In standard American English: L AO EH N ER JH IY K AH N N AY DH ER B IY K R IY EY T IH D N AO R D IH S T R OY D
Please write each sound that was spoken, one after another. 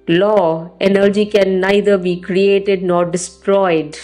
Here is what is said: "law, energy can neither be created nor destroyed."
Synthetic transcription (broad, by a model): L AO EH N ER JH IY K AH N N AY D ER B IY K R IY EY T IH D N AO R D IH S T R OY D